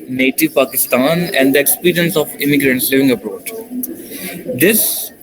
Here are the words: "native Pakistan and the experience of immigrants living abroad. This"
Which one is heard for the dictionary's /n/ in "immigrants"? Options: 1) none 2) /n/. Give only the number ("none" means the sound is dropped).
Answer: 2